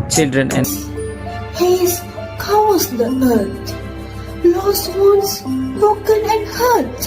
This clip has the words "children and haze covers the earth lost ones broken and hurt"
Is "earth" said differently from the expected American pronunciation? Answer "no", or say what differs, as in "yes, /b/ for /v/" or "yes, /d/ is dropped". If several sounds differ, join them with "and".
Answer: yes, /t/ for /θ/